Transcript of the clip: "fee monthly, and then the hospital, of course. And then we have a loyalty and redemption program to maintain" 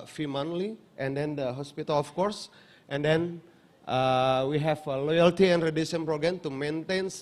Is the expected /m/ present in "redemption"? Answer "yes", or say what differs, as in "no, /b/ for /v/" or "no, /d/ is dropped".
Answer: no, /m/ is dropped